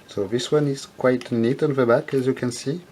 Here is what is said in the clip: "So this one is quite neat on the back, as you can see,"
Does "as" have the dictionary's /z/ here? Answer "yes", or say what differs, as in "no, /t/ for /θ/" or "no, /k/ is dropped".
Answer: yes